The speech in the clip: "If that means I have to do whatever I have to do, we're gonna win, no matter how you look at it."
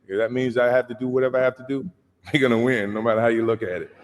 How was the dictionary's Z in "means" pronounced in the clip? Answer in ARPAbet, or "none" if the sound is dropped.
Z